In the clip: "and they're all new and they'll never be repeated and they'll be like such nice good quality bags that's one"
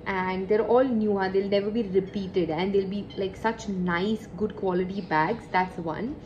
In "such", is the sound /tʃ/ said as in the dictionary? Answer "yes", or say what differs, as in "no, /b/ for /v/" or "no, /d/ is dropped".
yes